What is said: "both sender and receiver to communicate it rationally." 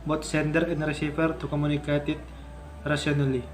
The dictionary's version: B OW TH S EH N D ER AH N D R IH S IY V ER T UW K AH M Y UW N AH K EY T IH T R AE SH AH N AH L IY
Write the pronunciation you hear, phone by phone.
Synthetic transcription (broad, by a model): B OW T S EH N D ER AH N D R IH S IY F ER T UW K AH M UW N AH K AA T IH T R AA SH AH N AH L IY